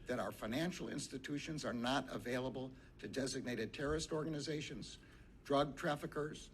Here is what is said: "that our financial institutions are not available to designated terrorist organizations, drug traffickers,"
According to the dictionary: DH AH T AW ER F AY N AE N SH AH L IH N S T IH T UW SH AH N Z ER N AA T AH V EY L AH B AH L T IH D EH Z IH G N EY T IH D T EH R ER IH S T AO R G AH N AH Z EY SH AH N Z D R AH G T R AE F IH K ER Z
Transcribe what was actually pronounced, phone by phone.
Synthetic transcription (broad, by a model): DH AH T AW ER F AY N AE N SH L IH N S T IH T UW SH AH N Z ER N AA T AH V EY L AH B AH L T IH D EH Z IH G N EY T IH D T EH R ER IH S T AO R G AH N AH Z EY SH AH N Z D R AH G T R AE F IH K ER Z